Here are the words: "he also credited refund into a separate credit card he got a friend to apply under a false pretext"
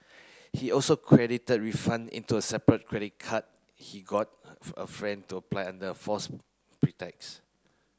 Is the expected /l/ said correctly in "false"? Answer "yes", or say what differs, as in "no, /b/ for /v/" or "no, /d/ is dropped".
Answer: no, /l/ is dropped